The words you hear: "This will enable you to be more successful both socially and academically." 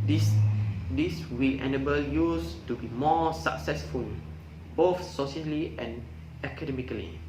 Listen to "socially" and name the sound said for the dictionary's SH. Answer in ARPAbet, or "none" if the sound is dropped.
S